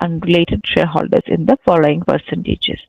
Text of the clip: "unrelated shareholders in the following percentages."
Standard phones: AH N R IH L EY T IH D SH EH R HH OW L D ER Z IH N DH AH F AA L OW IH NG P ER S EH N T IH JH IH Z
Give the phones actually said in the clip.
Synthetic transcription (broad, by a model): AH N R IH L EY T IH D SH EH L HH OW L D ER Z IH N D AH F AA L OW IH NG P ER S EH N T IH JH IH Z